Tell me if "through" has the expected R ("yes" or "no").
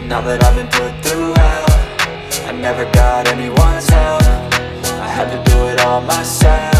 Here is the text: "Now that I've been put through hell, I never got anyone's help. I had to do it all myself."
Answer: yes